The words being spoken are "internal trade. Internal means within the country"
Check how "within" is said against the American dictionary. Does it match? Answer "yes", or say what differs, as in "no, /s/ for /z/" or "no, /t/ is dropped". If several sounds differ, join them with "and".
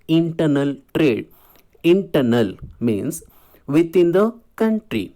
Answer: no, /t/ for /θ/